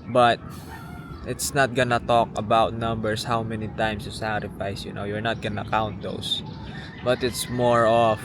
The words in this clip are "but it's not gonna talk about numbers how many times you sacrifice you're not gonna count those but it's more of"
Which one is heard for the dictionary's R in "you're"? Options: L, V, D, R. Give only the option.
R